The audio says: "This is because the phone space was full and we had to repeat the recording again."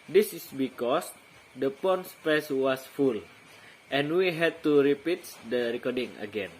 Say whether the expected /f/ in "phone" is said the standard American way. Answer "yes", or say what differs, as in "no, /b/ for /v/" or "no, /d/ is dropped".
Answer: no, /p/ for /f/